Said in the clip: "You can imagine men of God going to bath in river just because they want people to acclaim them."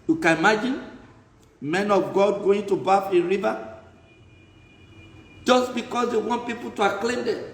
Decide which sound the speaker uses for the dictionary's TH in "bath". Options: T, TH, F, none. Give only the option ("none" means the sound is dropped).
F